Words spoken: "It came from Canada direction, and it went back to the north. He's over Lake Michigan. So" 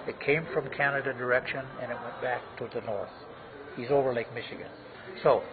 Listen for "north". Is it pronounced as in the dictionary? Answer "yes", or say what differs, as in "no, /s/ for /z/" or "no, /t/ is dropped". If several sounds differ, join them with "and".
yes